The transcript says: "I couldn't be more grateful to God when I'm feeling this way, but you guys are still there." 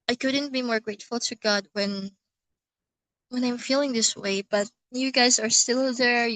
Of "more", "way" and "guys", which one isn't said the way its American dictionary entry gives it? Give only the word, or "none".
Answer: none